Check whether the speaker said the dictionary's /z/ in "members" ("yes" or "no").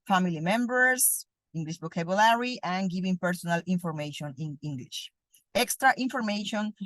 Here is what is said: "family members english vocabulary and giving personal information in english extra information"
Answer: no